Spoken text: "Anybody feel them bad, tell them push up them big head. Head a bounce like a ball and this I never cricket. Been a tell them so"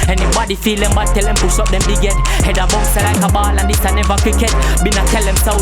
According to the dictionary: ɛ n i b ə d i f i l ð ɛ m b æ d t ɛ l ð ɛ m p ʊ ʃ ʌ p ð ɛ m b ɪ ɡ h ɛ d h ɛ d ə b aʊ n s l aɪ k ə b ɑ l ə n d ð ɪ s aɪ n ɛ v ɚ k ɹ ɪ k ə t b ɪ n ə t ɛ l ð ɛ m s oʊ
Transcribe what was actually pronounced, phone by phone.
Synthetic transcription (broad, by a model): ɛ n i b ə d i f i l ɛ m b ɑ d t ɛ l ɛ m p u s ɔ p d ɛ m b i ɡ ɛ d h ɛ d ə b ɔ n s l aɪ k ə b ɑ l ə n d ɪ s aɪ n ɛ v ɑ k w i k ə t b ɪ n ə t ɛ l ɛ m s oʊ